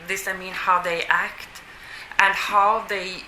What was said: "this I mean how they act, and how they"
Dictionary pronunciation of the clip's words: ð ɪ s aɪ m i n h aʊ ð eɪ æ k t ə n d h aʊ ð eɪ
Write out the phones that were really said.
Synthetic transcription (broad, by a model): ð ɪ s aɪ m i n h aʊ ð eɪ æ k t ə n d h aʊ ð eɪ